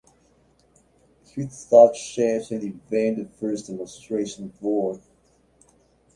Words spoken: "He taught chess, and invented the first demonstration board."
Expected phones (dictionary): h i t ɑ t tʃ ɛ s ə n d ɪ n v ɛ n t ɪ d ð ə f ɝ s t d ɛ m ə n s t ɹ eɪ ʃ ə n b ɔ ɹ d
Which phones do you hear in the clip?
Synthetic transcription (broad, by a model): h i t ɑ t ʃ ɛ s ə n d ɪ v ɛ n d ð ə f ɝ s d ɛ m ə n s t ɹ eɪ ʃ ə n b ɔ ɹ